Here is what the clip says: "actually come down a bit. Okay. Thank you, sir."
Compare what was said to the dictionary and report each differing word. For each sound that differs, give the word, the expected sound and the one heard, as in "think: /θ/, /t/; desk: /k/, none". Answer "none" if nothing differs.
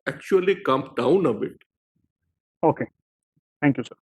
thank: /θ/, /t/